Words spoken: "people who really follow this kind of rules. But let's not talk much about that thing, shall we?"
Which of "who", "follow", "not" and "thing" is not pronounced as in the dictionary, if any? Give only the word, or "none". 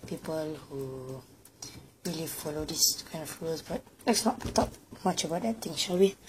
thing